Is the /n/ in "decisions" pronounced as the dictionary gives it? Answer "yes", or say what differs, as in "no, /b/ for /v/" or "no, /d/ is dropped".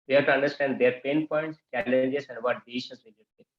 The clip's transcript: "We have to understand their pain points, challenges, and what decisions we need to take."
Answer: no, /n/ is dropped